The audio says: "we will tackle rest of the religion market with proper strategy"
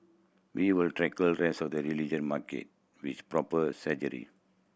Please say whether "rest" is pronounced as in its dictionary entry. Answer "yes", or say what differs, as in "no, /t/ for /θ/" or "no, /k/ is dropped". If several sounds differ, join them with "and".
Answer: no, /t/ is dropped